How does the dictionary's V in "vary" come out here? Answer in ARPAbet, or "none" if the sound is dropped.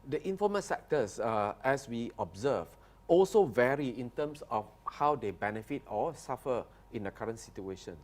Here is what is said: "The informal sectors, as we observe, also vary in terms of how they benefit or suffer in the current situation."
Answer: V